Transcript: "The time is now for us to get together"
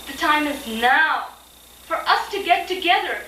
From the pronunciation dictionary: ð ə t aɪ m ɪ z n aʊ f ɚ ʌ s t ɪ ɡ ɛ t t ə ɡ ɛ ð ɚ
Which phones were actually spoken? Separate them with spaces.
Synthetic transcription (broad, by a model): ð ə t aɪ m ɪ z n aʊ f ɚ ʌ s t ɪ ɡ ɛ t t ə ɡ ɛ ð ɚ